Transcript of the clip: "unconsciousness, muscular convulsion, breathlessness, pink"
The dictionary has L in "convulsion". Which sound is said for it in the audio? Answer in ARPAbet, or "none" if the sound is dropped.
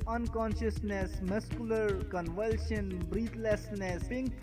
L